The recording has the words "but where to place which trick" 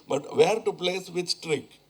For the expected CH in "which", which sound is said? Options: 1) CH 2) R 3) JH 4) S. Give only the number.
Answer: 4